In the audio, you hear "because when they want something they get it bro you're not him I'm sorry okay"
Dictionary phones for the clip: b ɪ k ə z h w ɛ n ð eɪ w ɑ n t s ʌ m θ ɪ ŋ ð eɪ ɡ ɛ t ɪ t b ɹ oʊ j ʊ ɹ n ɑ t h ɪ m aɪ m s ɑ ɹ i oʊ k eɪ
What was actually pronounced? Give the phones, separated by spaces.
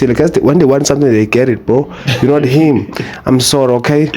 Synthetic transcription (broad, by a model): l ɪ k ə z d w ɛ n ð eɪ w ɑ n t s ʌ m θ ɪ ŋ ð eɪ ɡ ɛ t ɪ t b oʊ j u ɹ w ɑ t h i m aɪ m s ɑ ɹ i oʊ k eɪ